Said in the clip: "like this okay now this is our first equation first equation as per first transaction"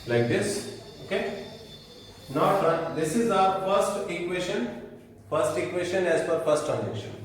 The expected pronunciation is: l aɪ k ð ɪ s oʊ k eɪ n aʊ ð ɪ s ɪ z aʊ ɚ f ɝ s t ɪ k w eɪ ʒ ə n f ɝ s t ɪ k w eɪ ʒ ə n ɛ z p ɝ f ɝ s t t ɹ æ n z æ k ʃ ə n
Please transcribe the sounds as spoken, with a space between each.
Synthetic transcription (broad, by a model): l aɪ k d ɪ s oʊ k eɪ n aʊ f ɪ s ɪ z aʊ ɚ f ɝ s t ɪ k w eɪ ʃ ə n f ɝ s t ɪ k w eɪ ʃ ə n ɛ z f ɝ f ɝ s t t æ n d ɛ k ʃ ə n